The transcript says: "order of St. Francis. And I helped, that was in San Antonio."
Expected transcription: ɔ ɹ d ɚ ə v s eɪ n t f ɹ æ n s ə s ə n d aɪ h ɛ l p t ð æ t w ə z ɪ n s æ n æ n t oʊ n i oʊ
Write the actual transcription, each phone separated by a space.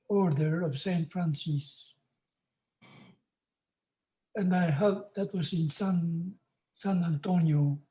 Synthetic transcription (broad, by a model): ɔ ɹ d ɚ ə v s eɪ n t f ɹ æ n s ə s ə n d aɪ h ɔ p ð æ t w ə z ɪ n s æ n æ n t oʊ n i oʊ